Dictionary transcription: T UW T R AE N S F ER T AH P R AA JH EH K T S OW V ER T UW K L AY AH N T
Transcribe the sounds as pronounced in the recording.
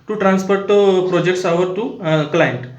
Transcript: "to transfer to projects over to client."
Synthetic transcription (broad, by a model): T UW T R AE N S P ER T AH P R AA JH EH K T S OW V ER T UW K L AY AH N T